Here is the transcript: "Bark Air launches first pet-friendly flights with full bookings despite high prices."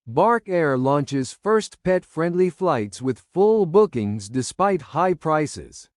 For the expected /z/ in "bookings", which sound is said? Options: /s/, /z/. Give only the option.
/z/